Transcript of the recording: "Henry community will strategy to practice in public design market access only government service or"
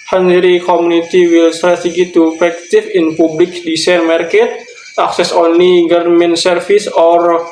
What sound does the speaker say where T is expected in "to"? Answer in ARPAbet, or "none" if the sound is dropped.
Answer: T